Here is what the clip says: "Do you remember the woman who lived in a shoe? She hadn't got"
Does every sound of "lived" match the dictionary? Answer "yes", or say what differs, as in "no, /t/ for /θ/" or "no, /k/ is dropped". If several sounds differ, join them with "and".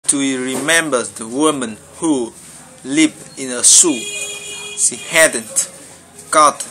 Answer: no, /d/ is dropped